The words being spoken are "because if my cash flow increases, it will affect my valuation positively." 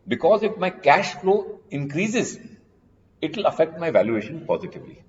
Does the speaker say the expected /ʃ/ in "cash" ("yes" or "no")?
yes